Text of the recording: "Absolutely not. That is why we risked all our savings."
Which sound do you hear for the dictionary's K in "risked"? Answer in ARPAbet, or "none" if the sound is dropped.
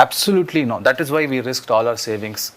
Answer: K